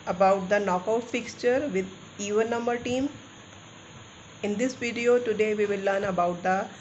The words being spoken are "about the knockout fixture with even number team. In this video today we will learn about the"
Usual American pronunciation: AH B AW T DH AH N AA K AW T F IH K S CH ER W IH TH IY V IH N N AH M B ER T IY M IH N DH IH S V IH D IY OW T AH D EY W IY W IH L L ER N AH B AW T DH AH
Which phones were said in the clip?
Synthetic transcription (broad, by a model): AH B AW T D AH N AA K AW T F IH K S CH ER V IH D IY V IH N N AH M B ER T IY M IH N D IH S V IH D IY OW T AH D EY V IY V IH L L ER N AH B AW T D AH